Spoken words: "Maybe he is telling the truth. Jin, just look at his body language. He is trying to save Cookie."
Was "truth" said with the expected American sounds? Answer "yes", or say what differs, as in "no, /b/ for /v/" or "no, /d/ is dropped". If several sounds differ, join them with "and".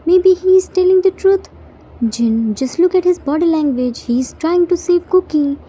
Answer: no, /t/ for /θ/